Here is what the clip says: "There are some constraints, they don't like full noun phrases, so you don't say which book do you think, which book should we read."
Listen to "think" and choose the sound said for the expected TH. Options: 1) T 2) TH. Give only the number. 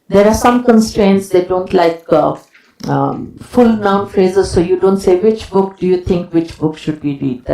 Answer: 1